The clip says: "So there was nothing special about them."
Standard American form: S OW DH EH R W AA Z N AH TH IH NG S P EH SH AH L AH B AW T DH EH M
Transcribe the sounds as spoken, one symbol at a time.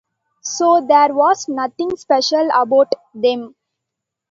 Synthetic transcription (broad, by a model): S OW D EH R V AA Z N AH T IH NG S P EH SH AH L AH B AW T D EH M